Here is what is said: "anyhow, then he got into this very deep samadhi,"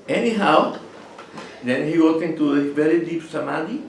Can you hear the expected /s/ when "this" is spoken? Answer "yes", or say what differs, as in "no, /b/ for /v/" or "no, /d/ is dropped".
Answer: no, /s/ is dropped